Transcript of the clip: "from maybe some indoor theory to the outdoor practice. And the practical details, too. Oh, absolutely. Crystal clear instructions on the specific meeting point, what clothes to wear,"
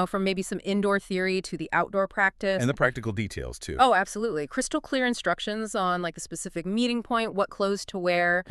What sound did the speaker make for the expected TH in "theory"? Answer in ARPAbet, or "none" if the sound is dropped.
TH